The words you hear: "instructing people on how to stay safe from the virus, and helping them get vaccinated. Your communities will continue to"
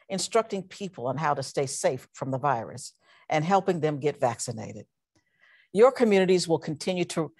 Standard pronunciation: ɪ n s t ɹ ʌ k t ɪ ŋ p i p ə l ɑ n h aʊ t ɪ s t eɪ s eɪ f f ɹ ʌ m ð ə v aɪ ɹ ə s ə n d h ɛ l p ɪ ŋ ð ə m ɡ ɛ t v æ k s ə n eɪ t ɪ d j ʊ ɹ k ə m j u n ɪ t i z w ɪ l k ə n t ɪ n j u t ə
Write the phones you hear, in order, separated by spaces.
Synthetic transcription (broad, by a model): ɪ n s t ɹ ʌ k t ɪ ŋ p i p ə l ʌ n h aʊ t ɪ s t eɪ s eɪ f f ɹ ʌ m ð ə v aɪ ɹ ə s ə n h ɛ l p ɪ ŋ ð ə m ɡ ɛ t v æ k s ə n eɪ t ɪ d j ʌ ɹ k ə m j u n ɪ t i z w ɪ l k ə n t ɪ n j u t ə